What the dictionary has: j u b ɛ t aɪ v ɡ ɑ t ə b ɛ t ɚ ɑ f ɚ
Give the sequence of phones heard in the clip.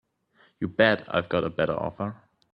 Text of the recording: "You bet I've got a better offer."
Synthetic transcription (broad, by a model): j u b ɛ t aɪ v ɡ ɑ t ə b ɛ t ɚ ɑ f ɚ